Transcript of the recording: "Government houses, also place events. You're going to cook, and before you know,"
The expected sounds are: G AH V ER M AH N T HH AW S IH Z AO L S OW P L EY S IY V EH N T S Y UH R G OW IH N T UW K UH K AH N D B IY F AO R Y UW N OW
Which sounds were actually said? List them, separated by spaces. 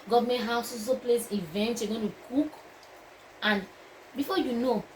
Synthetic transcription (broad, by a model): G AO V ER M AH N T HH AW S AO S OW P L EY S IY V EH N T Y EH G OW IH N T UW K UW K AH N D B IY F AO Y UW N OW